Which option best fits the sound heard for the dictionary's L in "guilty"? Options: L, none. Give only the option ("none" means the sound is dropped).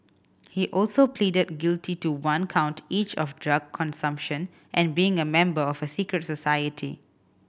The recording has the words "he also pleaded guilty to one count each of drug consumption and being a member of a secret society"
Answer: L